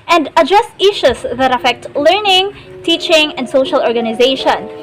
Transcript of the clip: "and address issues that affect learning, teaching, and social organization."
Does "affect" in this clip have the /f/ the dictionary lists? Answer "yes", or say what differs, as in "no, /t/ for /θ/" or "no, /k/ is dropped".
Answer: yes